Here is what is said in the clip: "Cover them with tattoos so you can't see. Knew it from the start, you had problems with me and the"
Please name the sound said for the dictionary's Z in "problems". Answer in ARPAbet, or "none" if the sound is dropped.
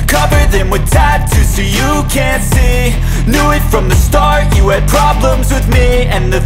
Z